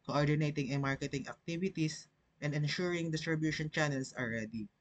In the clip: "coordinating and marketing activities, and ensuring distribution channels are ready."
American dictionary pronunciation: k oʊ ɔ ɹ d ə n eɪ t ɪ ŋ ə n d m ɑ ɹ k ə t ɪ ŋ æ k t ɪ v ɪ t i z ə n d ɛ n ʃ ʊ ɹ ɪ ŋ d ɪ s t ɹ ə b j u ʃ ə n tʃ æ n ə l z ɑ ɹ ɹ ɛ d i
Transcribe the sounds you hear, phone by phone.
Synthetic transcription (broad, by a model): k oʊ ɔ ɹ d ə n eɪ t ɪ ŋ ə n m ɑ ɹ k ə t ɪ ŋ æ k t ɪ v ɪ t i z ə n d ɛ n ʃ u ɹ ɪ ŋ d ɪ s t ɹ ə b j u ʃ ə n tʃ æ n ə l s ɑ l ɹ ɛ d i